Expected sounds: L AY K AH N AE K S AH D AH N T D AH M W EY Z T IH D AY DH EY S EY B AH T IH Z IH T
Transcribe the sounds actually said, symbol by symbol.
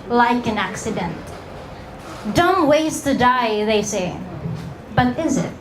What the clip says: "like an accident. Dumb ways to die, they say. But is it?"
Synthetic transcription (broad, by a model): L AY K AH N AE K S AH D AH N T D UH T W EY S T IH D AY DH EY S EY B AH T IH Z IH T